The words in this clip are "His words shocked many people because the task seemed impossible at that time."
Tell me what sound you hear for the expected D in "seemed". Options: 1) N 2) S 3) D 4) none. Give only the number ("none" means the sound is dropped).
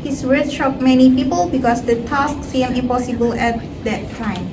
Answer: 4